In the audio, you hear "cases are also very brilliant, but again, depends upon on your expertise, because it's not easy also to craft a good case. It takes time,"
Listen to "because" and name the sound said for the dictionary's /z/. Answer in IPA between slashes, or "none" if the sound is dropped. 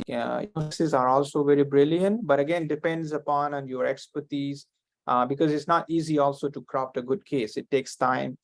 /z/